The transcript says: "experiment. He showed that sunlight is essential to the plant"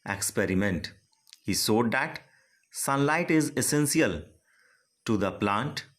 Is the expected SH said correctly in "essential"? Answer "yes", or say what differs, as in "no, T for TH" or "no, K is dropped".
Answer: no, S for SH